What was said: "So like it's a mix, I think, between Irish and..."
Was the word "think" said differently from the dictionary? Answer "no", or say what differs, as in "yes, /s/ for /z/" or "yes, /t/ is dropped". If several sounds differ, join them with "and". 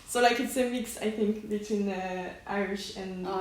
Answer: no